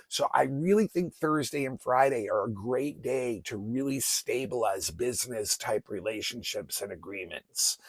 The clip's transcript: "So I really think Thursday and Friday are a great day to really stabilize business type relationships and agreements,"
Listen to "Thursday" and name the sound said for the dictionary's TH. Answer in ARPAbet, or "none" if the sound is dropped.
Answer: TH